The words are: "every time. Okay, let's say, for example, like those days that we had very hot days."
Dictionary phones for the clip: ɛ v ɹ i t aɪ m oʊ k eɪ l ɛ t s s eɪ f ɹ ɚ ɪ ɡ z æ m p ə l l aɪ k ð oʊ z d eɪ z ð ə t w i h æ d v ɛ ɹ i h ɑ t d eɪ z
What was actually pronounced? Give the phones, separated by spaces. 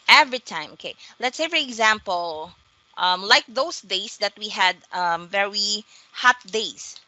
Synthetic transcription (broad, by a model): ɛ v ɹ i t aɪ m oʊ k eɪ l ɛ t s s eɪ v ɹ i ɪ ɡ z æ m p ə l l aɪ k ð oʊ s d eɪ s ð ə t w i h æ d v ɛ ɹ i h ɑ t d eɪ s